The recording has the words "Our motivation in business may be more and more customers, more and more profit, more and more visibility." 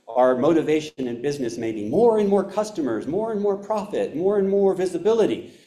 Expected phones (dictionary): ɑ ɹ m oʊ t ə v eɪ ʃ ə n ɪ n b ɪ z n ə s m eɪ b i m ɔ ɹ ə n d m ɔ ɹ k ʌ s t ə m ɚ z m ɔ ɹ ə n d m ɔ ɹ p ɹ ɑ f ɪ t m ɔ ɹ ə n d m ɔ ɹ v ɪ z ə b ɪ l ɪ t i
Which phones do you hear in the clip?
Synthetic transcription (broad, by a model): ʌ ɹ m oʊ t ə v eɪ ʃ ə n ɪ n b ɪ z n ə s m eɪ b i m ɔ ɹ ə n m ɔ ɹ k ʌ s t ə m ɚ z m ɔ ɹ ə n m ɔ ɹ p ɹ ɑ f ɪ t m ɔ ɹ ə n m ɔ ɹ v ɪ z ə b ɪ l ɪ t i